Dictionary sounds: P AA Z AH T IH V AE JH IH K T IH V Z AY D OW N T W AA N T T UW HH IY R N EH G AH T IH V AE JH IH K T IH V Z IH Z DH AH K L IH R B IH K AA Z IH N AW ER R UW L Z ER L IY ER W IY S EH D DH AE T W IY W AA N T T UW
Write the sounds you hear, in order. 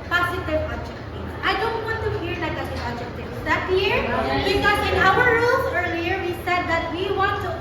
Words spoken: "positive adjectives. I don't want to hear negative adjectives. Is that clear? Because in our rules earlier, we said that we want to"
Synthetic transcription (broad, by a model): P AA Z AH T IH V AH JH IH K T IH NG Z AY D OW N T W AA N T T UW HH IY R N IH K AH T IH AA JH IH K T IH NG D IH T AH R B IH K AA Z IH N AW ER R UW L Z ER L IY ER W IY S EH D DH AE T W IY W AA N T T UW